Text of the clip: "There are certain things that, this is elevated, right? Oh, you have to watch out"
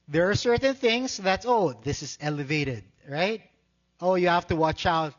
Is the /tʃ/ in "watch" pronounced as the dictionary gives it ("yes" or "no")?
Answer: yes